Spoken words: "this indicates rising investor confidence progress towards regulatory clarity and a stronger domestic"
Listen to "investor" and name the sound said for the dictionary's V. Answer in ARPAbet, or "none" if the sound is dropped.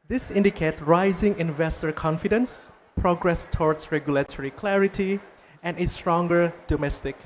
V